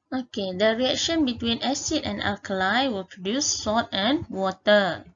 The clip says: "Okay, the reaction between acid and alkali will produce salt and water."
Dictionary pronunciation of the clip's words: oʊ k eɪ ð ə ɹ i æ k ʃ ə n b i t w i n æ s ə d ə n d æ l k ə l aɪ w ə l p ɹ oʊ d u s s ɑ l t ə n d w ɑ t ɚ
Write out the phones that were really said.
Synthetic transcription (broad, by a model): oʊ k eɪ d ə ɹ i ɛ k ʃ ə n b i t w i n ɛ s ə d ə n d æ l k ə l aɪ w ə l p ɹ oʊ d u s s ɑ t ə n w ɑ t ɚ